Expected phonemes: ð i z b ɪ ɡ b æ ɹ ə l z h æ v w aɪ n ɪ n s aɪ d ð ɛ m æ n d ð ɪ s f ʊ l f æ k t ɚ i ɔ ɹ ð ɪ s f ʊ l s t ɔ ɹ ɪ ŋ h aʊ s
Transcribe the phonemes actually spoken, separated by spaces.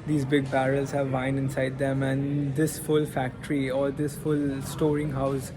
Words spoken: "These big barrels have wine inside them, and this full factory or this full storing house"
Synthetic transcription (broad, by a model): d i z b ɪ ɡ b æ ɹ ə l z h æ v aɪ n ɪ n s aɪ d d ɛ m æ n d ɪ s f ʊ l f æ k t ɚ i ɔ ɹ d ɪ s f ʊ l s t ɔ ɹ ɪ ŋ h aʊ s